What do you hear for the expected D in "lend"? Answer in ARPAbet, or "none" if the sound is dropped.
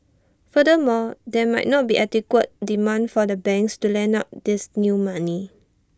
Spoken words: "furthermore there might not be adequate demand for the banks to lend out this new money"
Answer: none